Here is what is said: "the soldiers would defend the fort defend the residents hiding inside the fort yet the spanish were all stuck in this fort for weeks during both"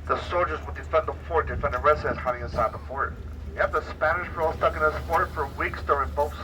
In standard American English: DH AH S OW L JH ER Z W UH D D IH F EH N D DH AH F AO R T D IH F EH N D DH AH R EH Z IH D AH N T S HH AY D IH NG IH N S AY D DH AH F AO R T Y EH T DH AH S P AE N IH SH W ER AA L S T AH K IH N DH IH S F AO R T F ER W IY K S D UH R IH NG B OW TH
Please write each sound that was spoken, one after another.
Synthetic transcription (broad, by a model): DH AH S OW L JH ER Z W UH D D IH F EH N DH AH F AO R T D IH F EH N D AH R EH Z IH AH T HH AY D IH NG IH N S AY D DH AH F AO R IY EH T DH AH S P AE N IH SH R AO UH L S T AH K IH N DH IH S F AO R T F ER W IY K S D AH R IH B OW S